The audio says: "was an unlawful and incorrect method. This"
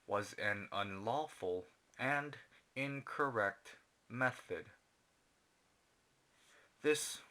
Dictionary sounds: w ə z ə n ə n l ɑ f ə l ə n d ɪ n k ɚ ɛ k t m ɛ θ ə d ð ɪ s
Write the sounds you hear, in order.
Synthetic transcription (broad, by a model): w ə z ə n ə n l ɑ f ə l ə n d ɪ n k ɚ ɛ k t m ɛ θ ə d ð ɪ s